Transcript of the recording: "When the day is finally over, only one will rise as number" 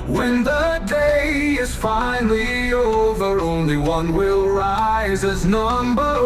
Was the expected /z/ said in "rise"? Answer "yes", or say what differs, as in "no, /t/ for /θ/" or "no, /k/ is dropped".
yes